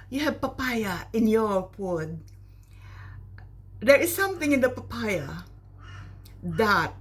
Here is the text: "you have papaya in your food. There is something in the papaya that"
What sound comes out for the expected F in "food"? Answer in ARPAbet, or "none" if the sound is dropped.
P